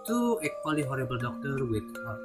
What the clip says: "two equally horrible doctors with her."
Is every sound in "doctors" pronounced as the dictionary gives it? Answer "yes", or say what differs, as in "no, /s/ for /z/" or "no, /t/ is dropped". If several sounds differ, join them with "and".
no, /z/ is dropped